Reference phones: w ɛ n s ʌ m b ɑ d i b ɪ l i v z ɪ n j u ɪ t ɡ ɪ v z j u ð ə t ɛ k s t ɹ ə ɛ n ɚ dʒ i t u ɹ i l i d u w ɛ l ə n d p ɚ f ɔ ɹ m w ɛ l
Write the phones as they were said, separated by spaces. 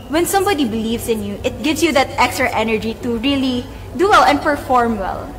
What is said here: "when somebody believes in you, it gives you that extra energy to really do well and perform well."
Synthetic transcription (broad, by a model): w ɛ n s ʌ m b ɑ d i b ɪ l i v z ɪ n j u ɪ t ɡ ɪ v s j u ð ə t ɛ k s t ɹ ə ɛ n ɚ dʒ i t u ɹ i l i d u w ɛ l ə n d p ɚ f ɔ ɹ m w ɛ l